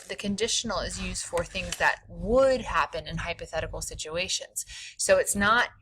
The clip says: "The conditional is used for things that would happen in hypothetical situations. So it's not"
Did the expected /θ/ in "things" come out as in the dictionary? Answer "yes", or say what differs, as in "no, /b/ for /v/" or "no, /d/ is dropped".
yes